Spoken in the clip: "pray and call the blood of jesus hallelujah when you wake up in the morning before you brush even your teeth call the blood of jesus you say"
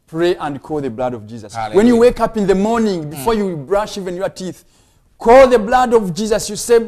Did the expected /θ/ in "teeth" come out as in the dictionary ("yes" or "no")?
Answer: yes